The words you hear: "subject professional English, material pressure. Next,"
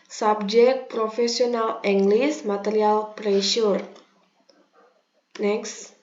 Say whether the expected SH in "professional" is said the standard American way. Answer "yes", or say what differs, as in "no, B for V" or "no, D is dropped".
no, S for SH